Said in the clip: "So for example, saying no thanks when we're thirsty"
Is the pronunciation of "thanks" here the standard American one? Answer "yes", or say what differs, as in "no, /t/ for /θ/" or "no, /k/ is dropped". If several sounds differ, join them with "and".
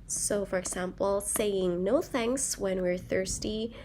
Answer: yes